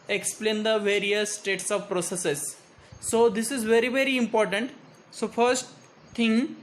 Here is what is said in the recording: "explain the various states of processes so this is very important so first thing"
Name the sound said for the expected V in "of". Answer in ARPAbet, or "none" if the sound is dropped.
V